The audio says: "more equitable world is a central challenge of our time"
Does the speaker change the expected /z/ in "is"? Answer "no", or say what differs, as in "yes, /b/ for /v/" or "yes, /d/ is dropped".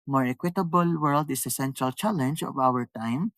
yes, /s/ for /z/